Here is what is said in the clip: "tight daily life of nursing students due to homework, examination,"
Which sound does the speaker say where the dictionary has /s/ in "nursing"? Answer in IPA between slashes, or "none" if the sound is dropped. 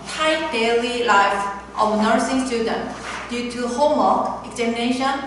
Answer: /s/